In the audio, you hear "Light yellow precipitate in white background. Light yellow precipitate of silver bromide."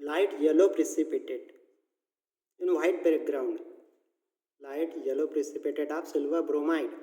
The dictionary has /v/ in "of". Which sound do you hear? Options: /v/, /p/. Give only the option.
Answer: /p/